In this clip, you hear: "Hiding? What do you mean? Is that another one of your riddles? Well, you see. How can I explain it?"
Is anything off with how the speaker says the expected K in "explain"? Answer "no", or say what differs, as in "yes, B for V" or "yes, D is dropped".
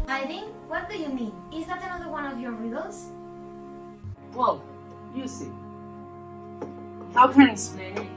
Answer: yes, K is dropped